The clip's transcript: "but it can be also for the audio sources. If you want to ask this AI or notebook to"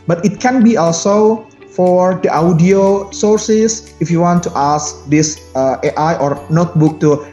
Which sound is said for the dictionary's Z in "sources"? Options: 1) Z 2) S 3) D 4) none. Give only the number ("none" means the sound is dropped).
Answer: 2